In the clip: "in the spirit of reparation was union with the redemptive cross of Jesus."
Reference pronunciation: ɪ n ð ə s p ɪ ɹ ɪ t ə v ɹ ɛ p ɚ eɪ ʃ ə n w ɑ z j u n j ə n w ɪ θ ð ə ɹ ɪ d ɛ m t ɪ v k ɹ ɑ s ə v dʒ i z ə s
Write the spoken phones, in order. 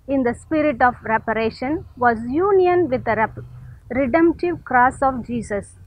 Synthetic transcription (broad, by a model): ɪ n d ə s p ɪ ɹ ɪ t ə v ɹ ɛ p ɚ eɪ ʃ ə n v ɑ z j u n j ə n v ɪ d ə ɹ ɪ d ɛ m t ɪ v k ɹ ɑ s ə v dʒ i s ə s